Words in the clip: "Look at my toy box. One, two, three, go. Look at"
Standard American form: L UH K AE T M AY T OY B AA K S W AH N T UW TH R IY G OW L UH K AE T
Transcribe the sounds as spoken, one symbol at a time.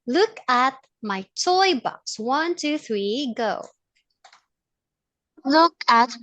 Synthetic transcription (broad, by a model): L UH K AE T M AY T OY B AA K S W AH N T UW TH R IY G OW L UH K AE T